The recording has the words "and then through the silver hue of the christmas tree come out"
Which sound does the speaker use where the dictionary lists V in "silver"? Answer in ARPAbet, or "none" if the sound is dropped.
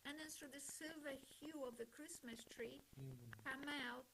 V